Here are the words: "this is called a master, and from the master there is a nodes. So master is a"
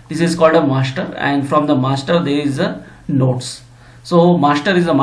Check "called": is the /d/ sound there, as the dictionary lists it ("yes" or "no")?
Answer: yes